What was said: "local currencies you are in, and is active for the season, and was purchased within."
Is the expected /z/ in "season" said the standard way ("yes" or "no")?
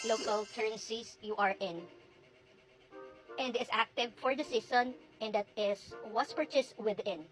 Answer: no